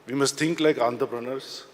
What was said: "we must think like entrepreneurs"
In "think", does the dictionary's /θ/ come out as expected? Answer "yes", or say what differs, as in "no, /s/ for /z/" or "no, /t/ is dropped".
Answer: no, /t/ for /θ/